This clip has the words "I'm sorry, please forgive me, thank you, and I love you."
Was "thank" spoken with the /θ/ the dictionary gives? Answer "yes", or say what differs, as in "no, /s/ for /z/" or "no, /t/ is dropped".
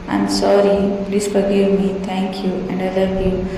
no, /t/ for /θ/